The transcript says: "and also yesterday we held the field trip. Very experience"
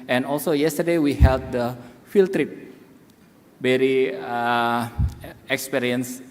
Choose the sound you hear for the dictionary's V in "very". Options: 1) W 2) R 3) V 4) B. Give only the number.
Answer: 4